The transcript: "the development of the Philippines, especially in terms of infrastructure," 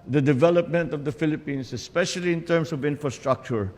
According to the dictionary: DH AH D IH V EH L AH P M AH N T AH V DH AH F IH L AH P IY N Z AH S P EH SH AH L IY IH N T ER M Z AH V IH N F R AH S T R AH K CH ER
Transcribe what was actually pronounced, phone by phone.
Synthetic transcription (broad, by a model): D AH D IH V EH L AH P M AH N T AH V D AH F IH L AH P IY N S AH S P EH SH AH L IY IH N T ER M S AH V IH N F R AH S T R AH K CH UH